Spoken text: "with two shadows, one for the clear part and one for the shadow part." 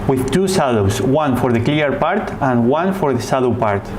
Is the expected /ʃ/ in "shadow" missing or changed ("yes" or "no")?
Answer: yes